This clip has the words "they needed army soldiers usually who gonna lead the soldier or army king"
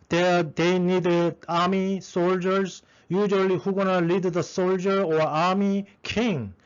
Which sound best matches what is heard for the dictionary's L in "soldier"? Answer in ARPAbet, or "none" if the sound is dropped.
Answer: L